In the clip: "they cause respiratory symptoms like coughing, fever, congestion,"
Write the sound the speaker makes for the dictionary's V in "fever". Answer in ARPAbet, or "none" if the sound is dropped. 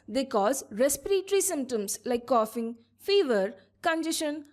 V